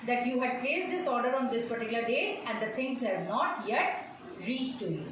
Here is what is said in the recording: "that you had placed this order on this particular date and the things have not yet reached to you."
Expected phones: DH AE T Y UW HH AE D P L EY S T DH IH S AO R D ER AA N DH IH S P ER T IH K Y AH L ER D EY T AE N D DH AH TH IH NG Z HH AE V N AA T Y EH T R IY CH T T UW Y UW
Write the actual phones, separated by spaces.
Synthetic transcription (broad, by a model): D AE T Y UW HH AE D P L EY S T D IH S AO R D ER AA N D IH S P ER T IH K Y AH L ER D EY AE N D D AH T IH NG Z HH AE V N AA T Y EH T R IY CH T T UW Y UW